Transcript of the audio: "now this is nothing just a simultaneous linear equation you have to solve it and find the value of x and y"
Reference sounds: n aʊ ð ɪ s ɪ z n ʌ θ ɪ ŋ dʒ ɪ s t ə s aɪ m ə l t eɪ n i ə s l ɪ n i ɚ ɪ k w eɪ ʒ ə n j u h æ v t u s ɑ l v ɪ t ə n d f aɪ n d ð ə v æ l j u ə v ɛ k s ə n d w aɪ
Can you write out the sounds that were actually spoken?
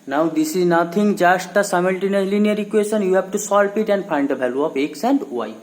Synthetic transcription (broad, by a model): n aʊ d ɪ s ɪ z n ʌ t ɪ ŋ dʒ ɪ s t ə s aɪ m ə l t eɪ n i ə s l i n i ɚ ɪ k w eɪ ʃ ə n j u h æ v t u s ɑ l p ɪ t ə n d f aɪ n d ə b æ l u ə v ɛ k s ə n d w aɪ